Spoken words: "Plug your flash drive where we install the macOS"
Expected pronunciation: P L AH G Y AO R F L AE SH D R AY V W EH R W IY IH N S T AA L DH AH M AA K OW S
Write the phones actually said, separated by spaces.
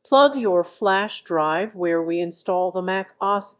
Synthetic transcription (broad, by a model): P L AH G Y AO R F L AE SH D R AY V W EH R W IY IH N S T AA L DH AH M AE K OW S